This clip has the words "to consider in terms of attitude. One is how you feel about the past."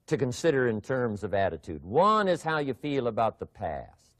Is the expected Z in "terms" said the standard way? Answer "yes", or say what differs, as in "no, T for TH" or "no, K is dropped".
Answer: yes